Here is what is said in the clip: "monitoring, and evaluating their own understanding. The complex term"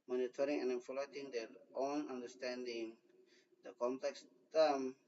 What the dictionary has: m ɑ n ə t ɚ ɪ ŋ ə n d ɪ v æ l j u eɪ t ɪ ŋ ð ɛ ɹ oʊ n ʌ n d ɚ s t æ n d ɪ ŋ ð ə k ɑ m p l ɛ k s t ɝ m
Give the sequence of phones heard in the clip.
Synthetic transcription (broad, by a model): m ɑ n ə t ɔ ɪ ŋ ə n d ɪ f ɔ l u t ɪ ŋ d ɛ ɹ oʊ n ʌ n d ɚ s t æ n d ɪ ŋ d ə k ɑ m p l ɛ k s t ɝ m